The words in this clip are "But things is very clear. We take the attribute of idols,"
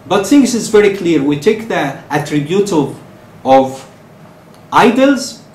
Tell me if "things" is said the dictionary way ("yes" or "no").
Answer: no